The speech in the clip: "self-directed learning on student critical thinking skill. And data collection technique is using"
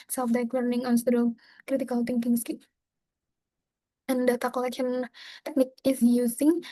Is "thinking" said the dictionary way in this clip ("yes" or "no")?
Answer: no